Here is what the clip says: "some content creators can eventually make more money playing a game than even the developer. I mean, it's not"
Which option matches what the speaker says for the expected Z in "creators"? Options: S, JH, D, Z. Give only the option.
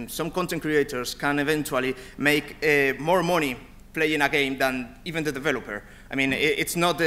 S